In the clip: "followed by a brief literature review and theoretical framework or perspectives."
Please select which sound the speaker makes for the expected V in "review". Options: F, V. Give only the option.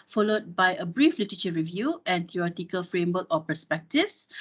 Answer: V